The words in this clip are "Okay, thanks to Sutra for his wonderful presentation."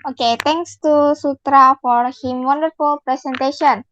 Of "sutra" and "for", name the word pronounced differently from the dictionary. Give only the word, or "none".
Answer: none